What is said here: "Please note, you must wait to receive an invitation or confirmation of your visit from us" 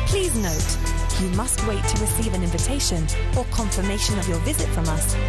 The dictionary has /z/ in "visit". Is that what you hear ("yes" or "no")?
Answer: yes